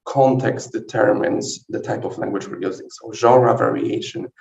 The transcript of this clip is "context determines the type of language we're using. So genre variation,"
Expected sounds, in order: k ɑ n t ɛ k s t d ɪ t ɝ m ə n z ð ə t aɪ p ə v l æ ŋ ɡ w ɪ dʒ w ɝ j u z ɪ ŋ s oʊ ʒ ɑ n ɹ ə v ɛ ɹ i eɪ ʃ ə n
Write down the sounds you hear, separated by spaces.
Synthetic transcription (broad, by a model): k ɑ n t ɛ k s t d ɪ t ɝ m ə n z ð ə t aɪ p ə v l æ ŋ ɡ w ɪ dʒ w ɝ j u z ɪ ŋ s oʊ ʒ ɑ ɹ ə v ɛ ɹ i eɪ ʃ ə n